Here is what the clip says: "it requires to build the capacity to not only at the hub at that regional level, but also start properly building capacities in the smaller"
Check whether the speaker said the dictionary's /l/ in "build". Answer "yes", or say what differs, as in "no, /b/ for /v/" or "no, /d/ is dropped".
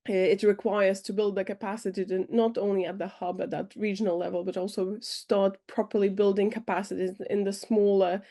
yes